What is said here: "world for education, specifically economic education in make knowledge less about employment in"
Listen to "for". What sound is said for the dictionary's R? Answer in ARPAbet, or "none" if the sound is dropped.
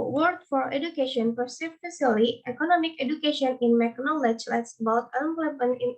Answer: R